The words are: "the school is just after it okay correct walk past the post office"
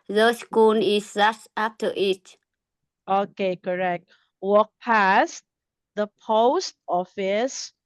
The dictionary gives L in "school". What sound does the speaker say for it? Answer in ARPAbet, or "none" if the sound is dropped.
N